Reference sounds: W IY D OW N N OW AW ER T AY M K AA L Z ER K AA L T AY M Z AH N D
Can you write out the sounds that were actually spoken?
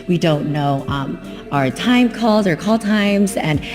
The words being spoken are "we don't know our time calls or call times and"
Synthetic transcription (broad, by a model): W IY D OW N N OW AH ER T AY M K AA L Z ER K AA L T AY M Z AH N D